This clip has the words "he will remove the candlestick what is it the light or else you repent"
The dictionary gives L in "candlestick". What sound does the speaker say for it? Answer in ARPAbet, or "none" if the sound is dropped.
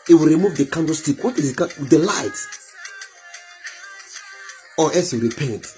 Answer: none